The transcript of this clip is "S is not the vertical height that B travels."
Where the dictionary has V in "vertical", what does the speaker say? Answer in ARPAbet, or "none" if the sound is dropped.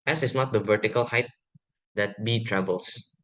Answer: V